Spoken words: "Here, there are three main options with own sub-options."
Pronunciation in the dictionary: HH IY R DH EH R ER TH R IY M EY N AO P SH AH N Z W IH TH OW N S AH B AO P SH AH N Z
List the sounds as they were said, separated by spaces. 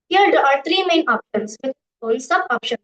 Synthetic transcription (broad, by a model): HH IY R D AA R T R IY M EY N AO P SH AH N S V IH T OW L S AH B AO P SH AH N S